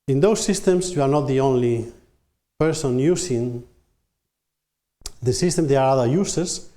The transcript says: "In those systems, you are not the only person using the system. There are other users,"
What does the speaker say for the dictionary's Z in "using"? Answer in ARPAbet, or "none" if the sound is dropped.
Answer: S